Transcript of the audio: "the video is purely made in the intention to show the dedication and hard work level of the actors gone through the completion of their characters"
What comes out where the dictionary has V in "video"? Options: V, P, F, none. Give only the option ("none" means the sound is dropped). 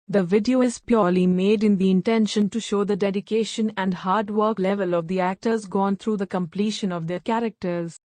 V